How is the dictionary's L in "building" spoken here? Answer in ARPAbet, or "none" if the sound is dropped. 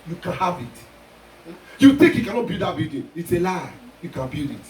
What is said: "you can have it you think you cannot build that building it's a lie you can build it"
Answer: none